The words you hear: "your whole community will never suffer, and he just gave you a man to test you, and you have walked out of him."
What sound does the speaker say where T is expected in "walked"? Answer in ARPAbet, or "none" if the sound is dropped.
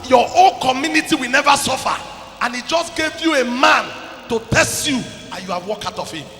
none